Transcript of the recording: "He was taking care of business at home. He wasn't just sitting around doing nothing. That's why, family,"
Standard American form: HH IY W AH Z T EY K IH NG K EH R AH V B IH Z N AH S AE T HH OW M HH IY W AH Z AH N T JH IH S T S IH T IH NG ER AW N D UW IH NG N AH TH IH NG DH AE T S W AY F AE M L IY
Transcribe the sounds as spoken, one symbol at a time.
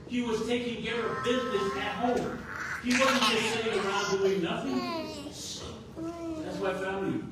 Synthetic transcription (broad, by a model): HH IY W AH Z T EY K IH NG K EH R AH V B IH Z N AH S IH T HH OW M HH IY W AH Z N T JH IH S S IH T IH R AW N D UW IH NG N AH TH IH NG DH AE T S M AY F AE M L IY